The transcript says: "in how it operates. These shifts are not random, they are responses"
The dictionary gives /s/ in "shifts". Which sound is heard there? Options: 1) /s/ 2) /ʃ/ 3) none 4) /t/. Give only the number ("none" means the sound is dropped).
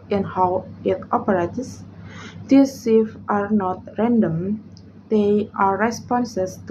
3